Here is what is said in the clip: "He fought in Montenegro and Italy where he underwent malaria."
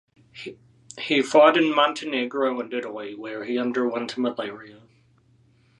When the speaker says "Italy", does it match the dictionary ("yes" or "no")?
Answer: no